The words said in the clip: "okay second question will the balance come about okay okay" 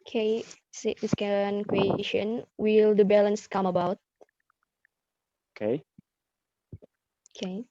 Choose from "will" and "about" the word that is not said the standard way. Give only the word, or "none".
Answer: none